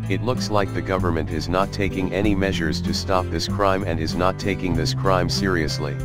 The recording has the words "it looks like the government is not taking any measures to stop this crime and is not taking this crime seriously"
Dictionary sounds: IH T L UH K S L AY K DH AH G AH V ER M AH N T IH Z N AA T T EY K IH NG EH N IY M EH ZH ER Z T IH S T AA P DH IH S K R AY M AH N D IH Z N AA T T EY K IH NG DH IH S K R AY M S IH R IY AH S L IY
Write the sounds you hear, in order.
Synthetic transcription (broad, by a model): IH T L UH K S L AY K DH AH G AH V ER M AH N T IH Z N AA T T EY K IH NG EH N IY M EH ZH ER Z T IH S T AA P DH IH S K R AY M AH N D IH Z N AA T T EY K IH NG DH IH S K R AY M S IH R IY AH S L IY